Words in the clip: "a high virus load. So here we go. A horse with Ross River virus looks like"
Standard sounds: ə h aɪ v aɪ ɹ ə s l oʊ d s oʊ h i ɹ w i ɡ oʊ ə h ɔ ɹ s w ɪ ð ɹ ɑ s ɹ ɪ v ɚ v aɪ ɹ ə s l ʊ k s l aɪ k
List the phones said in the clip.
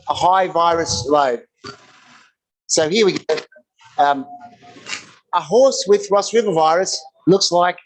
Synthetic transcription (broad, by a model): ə h aɪ v aɪ ɹ ə s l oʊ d s oʊ h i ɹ w i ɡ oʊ ə h ɔ ɹ s w ɪ ð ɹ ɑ s ɹ ɪ v ɚ v aɪ ɹ ə s l ʊ k s l aɪ k